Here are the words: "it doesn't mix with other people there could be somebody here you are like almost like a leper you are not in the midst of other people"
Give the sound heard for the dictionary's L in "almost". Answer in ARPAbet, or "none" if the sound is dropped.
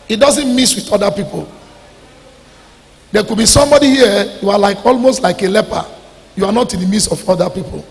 L